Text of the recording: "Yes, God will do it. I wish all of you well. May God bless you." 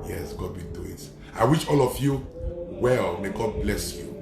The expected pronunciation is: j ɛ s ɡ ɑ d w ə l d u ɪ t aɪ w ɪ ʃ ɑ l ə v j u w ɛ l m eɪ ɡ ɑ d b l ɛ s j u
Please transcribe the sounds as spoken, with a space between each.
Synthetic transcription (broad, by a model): j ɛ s ɡ ɑ d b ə n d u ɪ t aɪ w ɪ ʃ ɑ l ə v j u w ɛ l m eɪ ɡ ɑ d b l ɛ s j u